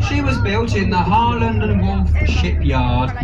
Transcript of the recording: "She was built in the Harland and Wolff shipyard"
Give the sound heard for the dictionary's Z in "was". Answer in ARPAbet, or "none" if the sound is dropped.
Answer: Z